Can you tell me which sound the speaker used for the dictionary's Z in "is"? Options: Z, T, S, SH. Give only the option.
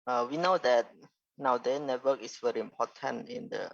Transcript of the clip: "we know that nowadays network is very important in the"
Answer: S